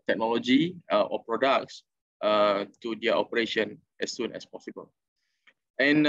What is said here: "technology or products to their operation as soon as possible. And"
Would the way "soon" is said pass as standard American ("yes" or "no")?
yes